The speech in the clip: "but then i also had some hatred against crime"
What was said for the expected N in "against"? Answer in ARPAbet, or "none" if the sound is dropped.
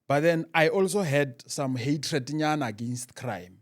N